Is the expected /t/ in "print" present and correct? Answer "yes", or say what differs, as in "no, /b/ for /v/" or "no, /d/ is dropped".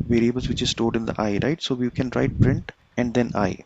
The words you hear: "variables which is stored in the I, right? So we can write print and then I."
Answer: yes